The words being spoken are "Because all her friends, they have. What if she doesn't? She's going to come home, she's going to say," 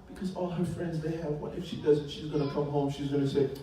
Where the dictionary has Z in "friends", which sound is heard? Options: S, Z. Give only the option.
Z